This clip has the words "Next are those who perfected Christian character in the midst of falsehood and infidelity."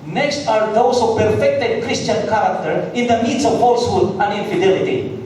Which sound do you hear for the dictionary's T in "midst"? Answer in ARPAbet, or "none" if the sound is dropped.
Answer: none